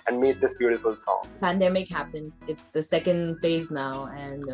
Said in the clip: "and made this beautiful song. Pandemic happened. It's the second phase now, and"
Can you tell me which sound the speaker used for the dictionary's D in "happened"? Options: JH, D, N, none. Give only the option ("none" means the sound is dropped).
D